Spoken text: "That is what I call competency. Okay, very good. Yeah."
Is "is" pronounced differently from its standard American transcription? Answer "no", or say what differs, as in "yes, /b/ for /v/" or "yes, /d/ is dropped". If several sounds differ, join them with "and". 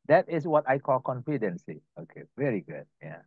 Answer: yes, /s/ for /z/